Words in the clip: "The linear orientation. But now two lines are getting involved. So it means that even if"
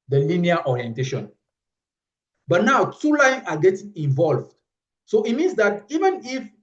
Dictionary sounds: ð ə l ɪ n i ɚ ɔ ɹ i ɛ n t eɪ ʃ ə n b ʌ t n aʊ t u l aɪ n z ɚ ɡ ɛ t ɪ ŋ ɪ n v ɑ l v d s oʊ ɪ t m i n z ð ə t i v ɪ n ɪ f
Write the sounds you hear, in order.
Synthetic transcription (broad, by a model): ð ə l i n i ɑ ɔ ɹ i ɛ n t eɪ ʃ ə n b ʌ t n aʊ t u l aɪ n ɑ ɡ ɛ t ɪ ŋ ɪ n v ɑ l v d s oʊ ɪ t m i n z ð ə t i v ɪ n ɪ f